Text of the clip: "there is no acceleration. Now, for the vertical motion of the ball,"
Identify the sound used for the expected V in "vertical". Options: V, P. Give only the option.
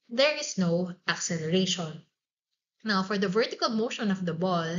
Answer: V